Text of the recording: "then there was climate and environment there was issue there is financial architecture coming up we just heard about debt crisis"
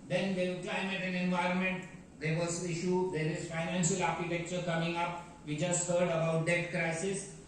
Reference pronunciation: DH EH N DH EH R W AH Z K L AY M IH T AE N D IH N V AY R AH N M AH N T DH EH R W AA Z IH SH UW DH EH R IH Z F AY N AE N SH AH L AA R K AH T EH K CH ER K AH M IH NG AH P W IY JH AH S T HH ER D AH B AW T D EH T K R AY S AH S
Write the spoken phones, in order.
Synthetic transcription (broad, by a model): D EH N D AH K L AY M IH T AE N IH N V AY R AH N M AH N T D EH R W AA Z IH SH UW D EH R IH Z F AY N AE N SH AH L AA R K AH T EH K CH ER K AH M IH NG AH P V IY JH AH S T HH ER D AH B AW T D EH T K R AY S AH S